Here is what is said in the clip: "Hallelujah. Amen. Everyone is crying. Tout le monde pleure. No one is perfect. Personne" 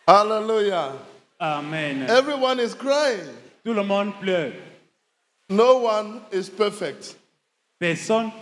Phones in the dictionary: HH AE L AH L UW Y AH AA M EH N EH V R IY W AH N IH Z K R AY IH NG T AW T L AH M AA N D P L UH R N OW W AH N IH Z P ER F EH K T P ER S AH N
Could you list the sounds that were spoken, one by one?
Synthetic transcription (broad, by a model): HH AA L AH L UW Y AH AA M EH N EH V R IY W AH N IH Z K R AY IH NG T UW L AH M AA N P L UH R N OW W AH N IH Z P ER F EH K T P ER S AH N